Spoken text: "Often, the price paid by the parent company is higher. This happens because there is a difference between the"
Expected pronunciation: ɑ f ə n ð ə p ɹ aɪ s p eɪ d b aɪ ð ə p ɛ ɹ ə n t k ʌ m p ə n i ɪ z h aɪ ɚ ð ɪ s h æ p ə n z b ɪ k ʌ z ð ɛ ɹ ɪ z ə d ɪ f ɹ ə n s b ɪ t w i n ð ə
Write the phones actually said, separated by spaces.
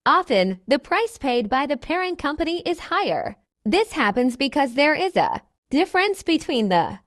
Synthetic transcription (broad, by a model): ɑ f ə n ð ə p ɹ aɪ s p eɪ d b aɪ ð ə p ɛ ɹ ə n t k ʌ m p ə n i ɪ z h aɪ ɚ ð ɪ s h æ p ə n z b ɪ k ʌ z ð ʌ ɹ ɪ z ə d ɪ f ɹ ə n s b ɪ t w i n ð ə